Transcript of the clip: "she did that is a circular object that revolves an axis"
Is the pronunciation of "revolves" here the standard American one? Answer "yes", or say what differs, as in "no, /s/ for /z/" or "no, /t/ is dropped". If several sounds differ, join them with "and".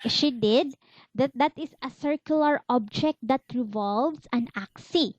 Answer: no, /s/ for /z/